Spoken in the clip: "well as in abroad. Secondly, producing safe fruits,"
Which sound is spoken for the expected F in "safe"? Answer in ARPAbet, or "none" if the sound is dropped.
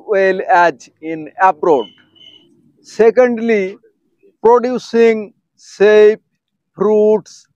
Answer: P